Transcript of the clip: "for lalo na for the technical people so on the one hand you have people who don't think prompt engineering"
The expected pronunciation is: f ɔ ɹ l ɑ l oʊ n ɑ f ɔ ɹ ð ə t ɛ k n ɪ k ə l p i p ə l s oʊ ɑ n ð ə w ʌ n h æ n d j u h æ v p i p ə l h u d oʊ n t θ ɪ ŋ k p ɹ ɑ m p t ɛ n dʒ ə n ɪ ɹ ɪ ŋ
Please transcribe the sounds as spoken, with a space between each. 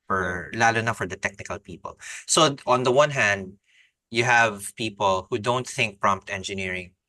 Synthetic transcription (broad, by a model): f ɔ ɹ l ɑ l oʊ n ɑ f ɔ ɹ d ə t ɛ k n ɪ k ə l p i p ə l s oʊ ɑ n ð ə w ʌ n h æ n d j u h æ v p i p ə l h u d oʊ n t θ ɪ ŋ k p ɹ ɑ m p t ɛ n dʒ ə n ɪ ɹ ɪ ŋ